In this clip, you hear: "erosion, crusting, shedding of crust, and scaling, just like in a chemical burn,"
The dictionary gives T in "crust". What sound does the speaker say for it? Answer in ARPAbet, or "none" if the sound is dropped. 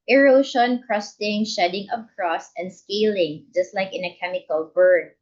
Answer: none